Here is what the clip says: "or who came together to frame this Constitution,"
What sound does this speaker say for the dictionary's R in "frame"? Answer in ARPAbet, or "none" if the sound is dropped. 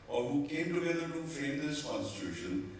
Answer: none